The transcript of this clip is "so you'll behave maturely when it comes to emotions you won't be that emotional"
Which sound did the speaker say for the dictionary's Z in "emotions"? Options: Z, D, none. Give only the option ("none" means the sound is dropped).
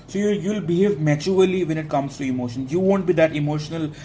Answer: none